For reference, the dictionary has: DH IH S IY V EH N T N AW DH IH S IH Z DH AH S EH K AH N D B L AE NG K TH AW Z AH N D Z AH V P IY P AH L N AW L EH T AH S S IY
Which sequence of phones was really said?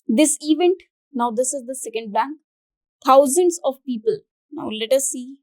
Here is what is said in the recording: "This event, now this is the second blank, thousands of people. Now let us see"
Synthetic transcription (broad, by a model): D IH S IY V EH N T N AW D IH S IH Z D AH S EH K AH N D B AE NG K T AW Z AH N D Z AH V P IY P AH L N AW L EH T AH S S IY